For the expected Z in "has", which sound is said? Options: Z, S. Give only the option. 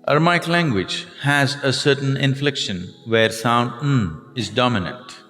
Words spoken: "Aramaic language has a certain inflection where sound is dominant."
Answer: Z